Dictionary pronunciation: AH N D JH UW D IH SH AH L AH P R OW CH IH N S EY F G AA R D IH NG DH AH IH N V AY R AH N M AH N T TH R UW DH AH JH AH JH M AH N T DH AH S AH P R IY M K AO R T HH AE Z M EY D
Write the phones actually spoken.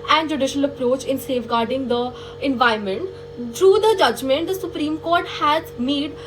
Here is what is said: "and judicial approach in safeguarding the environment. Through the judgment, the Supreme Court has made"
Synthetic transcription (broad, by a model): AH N D JH UW D IH SH AH L AH P R OW CH IH N S EY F G AA R D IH NG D AH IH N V AY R M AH N T T R UW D AH JH AH JH M AH N T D AH S AH P R IY M K AO R T HH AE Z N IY D